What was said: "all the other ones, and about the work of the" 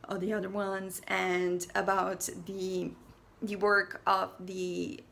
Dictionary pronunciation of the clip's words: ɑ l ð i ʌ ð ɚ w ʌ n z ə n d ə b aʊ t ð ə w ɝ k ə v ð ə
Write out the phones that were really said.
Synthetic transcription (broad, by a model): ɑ l ð i ʌ ð ɚ w ʌ n z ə n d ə b aʊ t ð ə w ɝ k ə v ð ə